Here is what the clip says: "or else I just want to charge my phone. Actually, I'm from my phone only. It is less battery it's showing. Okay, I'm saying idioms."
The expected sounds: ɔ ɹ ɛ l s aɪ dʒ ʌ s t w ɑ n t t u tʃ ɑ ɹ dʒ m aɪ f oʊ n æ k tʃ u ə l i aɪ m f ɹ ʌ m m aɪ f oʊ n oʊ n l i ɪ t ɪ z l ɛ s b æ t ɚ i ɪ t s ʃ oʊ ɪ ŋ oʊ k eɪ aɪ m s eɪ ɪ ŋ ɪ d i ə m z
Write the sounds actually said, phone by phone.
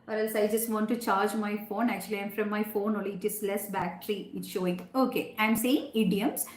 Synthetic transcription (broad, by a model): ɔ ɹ ɛ l s aɪ dʒ ʌ s t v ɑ n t t u tʃ ɑ ɹ dʒ m aɪ f oʊ n æ k tʃ u ə l i aɪ m f ɹ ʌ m m aɪ f oʊ n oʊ l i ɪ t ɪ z l ɛ s b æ t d i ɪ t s ʃ oʊ ɪ ŋ oʊ k eɪ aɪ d s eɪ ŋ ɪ d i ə m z